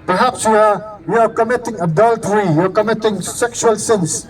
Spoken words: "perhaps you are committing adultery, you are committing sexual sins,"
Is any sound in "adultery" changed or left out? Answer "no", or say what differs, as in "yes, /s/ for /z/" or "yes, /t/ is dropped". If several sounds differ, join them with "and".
no